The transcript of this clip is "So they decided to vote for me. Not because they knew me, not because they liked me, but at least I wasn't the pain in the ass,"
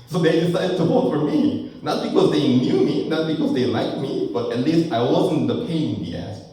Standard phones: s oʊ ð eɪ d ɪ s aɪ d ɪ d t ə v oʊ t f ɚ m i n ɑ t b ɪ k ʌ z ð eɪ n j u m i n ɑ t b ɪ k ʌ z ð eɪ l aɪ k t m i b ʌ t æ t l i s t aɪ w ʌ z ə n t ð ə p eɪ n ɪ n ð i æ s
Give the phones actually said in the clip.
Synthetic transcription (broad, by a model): s oʊ ð eɪ d ɪ s aɪ d ɪ d t ə w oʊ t f ɚ m i n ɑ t b ɪ k ʌ z ð eɪ n j u m i n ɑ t b ɪ k ʌ z ð eɪ l aɪ k t m i b ʌ t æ t l i s t aɪ w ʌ z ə n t ð ə p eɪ ɪ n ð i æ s